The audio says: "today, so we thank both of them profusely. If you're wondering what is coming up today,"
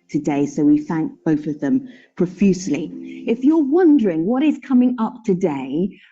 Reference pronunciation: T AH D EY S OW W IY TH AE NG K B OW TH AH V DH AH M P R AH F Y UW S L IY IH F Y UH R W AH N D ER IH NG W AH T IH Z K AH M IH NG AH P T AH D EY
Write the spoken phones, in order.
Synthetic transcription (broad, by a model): T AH D EY S OW W IY TH AE NG K B OW TH AH V DH AH M P R AH F Y UW S L IY IH F Y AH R W AH N D ER IH NG W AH T IH Z K AH M IH NG AH P T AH D EY